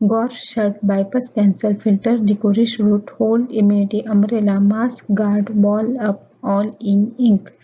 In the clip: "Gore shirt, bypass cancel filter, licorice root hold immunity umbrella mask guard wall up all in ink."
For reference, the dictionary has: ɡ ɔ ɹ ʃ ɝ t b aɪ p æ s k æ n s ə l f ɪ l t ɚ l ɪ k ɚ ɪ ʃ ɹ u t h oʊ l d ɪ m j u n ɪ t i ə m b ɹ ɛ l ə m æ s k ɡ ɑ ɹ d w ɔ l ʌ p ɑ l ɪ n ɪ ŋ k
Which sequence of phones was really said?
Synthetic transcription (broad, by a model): ɡ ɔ ɹ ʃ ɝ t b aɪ p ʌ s k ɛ n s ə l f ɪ l t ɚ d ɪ k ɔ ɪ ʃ ɹ u t h oʊ l d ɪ m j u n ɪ t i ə m ɹ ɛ l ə m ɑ s k ɡ ɑ ɹ d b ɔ l ʌ p ɑ l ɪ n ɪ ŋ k